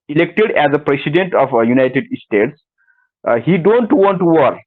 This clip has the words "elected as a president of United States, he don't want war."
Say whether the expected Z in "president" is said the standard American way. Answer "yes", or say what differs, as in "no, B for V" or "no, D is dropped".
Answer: no, S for Z